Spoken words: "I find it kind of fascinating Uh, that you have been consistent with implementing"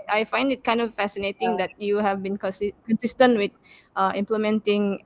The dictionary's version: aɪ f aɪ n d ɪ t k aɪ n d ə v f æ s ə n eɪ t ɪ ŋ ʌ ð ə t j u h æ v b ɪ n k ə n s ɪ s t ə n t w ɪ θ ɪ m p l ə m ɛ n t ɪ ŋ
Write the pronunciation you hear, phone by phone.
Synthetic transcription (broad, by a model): aɪ f aɪ n d ɪ t k aɪ n d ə f f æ s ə n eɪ t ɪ ŋ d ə t j u h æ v b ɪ n k ə n s ɪ s t ə n t w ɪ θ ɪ m p l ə m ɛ n t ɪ ŋ